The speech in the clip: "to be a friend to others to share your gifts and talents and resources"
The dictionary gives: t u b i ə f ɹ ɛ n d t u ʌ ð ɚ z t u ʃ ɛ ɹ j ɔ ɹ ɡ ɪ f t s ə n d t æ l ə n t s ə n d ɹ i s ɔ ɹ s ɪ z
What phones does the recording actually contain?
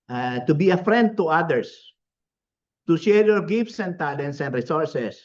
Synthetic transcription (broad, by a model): t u b i ə f ɹ ɛ n d t u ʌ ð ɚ s t u ʃ ɛ ɹ j ɔ ɹ ɡ ɪ f t s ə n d t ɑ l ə n s ə n d ɹ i s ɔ ɹ s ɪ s